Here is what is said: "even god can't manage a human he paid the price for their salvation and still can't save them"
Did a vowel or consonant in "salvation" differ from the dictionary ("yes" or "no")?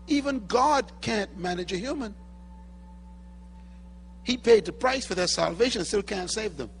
yes